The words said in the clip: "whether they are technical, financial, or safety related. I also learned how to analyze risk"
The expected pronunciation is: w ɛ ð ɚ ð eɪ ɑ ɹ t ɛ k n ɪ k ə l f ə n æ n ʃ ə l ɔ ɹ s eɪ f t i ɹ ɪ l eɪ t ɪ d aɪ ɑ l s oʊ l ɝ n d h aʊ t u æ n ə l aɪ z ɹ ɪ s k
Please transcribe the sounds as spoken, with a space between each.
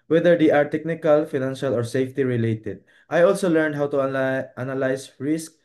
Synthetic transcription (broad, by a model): w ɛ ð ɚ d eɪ ɑ ɹ t ɛ k n ɪ k ə l f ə n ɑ n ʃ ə l ɔ ɹ s eɪ f t i ɹ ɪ l eɪ t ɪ d aɪ ɑ l s oʊ l ɝ n d h aʊ t u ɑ n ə l aɪ s ɹ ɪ s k